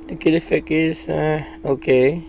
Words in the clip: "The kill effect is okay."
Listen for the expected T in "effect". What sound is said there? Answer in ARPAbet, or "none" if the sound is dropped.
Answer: none